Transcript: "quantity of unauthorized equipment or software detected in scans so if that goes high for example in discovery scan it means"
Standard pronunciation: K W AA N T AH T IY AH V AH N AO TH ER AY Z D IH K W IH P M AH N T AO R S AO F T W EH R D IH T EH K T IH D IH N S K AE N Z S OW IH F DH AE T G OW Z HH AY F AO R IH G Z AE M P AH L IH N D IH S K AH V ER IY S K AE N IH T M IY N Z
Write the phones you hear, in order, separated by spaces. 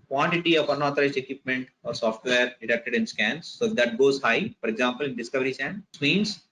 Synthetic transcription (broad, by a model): K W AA N T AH T IY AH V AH N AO T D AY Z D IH K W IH P M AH N T AO R S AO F T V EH R D IH T EH K T IH D IH N S K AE N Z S OW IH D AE T G OW Z HH AY F AO R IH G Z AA M P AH L IH N D IH S K AH V ER IY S AE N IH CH M IY N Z